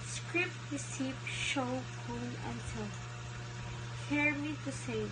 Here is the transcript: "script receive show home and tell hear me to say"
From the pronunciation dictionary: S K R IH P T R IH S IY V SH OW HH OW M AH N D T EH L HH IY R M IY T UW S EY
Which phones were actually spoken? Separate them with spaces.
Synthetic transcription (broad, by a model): S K R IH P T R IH S IY P SH OW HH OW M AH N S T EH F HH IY R M IY T UW S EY